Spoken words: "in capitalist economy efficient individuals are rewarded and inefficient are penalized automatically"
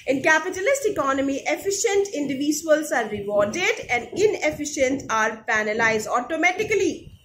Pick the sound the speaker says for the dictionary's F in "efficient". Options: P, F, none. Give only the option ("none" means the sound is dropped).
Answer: F